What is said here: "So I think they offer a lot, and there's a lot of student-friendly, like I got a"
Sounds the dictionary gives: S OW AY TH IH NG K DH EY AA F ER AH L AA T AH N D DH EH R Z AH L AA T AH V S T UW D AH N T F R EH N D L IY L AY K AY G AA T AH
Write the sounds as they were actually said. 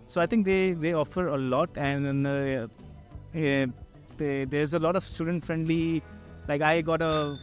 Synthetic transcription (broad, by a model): S OW AY T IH NG K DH EY AA F ER AH L AA T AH N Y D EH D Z AH L AA T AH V S T UW D AH N T F R EH N D L IY L AY K AY G AA T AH